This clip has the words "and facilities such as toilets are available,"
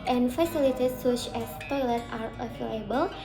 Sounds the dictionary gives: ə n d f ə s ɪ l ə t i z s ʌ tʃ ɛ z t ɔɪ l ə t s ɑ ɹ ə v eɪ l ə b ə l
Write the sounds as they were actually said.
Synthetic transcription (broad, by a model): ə n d f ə s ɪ l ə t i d s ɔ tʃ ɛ s t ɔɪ l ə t ɑ ɹ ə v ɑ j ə b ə l